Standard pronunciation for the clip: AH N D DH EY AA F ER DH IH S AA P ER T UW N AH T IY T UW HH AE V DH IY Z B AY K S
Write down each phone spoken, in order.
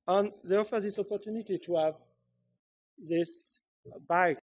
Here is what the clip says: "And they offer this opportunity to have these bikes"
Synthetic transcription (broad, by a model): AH N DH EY AA F ER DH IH S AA P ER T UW N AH T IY T UW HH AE V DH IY S B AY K